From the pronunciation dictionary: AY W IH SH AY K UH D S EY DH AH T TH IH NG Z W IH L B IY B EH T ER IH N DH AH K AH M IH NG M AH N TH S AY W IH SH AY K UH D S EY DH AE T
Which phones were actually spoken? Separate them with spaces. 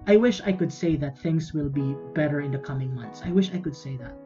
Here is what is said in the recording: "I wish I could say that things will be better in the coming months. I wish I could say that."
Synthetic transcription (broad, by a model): AY W IH SH AY K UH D S EY DH AH T TH IH NG Z W IH L B IY B EH T ER IH N DH AH K AH M IH NG M AH N TH S AY W IH SH AY K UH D S EY DH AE T